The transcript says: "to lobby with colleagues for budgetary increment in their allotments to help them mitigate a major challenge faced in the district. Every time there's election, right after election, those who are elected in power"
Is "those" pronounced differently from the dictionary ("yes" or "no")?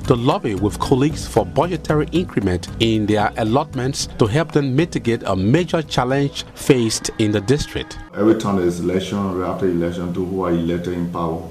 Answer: yes